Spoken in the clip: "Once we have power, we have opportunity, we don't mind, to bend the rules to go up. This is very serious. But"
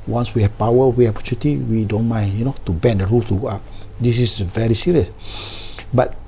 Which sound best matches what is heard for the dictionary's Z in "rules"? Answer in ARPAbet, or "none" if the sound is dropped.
none